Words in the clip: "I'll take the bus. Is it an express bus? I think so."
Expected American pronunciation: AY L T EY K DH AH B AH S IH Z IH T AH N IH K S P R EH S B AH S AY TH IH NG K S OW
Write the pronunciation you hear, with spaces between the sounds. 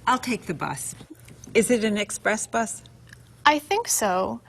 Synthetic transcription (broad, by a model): AY L T EY K DH AH B AH S IH Z IH T AH N IH K S P R EH S B AH S AY TH IH NG K S OW